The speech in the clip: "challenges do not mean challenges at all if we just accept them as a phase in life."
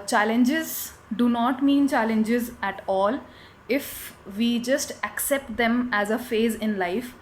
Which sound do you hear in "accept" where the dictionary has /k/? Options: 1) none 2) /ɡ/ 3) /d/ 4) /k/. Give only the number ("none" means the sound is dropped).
4